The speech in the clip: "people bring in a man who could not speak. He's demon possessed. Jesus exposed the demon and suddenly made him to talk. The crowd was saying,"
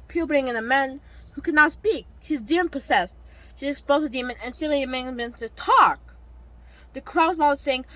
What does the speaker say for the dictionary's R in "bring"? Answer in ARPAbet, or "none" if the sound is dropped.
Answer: R